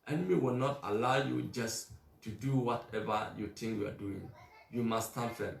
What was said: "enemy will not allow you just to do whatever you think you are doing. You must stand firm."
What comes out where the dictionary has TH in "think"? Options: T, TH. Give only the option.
T